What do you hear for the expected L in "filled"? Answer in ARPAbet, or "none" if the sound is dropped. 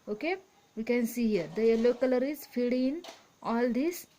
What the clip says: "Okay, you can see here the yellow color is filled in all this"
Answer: none